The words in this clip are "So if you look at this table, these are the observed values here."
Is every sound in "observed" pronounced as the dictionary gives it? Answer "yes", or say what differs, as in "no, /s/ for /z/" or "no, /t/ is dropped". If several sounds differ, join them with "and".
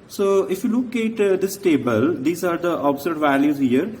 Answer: no, /v/ is dropped